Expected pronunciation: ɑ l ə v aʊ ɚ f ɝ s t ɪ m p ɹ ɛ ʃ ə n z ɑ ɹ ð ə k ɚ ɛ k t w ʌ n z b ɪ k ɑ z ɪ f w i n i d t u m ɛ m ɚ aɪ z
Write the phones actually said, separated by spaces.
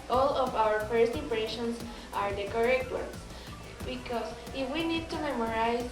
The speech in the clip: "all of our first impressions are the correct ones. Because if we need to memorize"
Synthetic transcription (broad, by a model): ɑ l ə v aʊ ɚ f ɝ s t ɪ m p ɹ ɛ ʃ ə n s ɑ ɹ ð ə k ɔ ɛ k t w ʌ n s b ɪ k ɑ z ɪ f w i n i d t u m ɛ m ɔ aɪ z